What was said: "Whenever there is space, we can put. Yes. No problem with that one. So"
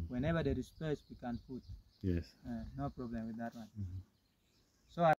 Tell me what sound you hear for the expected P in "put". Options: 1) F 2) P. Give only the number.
1